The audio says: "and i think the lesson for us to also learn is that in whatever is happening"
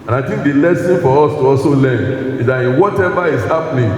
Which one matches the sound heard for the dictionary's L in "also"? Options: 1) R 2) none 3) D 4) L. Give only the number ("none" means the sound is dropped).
2